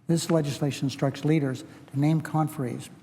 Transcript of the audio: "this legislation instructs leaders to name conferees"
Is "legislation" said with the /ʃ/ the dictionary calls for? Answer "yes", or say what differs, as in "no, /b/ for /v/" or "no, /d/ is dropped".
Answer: no, /ʃ/ is dropped